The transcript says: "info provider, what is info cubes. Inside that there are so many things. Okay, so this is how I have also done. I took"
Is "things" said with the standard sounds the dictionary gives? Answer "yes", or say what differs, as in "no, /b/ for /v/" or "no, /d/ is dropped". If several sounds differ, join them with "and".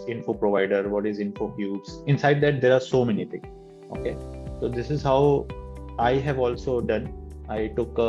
no, /t/ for /θ/ and /z/ is dropped